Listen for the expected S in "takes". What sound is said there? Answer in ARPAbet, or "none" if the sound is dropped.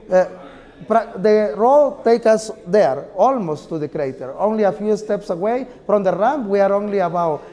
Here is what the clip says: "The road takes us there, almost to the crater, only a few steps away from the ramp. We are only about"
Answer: none